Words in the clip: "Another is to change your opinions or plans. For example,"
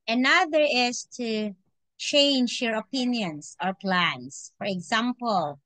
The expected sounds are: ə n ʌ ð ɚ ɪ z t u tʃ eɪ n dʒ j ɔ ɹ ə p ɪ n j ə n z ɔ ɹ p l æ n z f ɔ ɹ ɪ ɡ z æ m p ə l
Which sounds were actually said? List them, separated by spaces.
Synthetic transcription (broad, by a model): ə n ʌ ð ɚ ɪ s t u tʃ eɪ n dʒ j ɔ ɹ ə p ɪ n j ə n s ɔ ɹ p l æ n s f ɔ ɹ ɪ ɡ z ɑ m p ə l